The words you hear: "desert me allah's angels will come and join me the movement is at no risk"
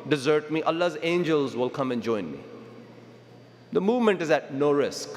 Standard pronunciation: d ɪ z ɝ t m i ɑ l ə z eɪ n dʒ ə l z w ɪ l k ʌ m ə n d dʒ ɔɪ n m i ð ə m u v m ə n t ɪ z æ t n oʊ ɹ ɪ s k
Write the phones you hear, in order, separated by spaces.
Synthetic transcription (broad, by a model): d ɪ z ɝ t m i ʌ l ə z eɪ n dʒ ə l z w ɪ l k ʌ m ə n dʒ ɔɪ n m i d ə m u v m ə n t ɪ z æ t n oʊ ɹ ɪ s k